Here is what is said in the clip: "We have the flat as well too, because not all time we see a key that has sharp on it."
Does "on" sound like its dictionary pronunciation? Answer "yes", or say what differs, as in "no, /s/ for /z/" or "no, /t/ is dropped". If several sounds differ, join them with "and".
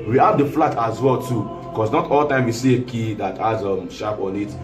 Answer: no, /l/ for /n/